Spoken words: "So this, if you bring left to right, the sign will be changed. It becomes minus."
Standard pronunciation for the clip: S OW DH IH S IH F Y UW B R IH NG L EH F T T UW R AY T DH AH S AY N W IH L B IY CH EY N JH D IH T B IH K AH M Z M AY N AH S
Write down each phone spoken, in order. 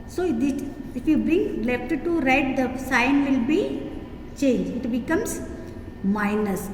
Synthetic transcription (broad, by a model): S OW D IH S IH F Y UW B R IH NG L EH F T T UW R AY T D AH S AY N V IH L B IY CH EY N JH IH T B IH K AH M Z M AY N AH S